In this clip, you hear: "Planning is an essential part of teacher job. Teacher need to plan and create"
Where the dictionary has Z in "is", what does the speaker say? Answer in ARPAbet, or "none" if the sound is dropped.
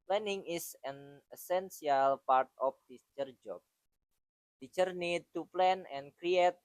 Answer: S